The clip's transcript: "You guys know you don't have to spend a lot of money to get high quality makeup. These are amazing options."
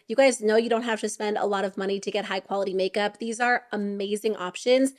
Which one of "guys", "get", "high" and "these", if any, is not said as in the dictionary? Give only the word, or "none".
none